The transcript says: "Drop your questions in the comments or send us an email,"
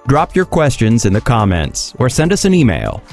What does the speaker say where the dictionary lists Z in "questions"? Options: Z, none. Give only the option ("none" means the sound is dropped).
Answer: Z